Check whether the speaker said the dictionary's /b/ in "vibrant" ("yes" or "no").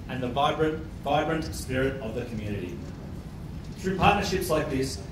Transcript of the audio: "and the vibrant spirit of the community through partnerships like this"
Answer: yes